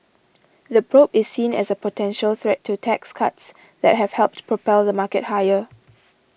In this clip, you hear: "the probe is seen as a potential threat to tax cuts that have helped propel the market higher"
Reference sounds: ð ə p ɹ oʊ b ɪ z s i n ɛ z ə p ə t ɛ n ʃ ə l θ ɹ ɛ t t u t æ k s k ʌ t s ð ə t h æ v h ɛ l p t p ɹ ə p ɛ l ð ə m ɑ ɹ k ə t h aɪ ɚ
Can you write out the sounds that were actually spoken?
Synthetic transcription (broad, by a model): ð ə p ɹ oʊ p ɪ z s i n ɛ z ə p ə t ɛ n ʃ ə l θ ɹ ɛ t t u t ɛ k s k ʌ t s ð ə t h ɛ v h ɛ l p t p ɹ ə p ɛ l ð ə m ɑ k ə t h aɪ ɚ